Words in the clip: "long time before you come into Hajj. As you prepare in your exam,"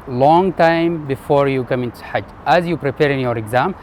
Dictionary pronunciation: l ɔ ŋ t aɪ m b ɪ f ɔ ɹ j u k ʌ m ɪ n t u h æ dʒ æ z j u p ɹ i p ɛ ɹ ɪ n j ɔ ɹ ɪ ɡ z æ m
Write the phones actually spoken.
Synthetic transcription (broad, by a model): l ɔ ŋ t aɪ m b ɪ f ɔ ɹ j u k ʌ m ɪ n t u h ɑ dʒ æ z j u p ɹ i p ɛ ɹ ɪ n j ɔ ɹ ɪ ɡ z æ m